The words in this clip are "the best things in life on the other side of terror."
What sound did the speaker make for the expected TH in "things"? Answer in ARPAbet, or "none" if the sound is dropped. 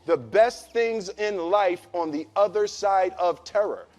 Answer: TH